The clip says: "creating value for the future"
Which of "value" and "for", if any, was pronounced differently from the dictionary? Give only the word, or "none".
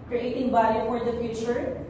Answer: value